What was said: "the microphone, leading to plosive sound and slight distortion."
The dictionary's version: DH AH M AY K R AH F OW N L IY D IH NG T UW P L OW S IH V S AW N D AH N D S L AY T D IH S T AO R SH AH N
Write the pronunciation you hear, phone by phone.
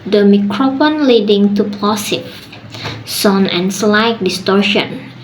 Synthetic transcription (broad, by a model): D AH M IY K R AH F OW N L IY D IH NG T UW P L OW S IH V S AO N AH N S L AY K D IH S T AO R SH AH N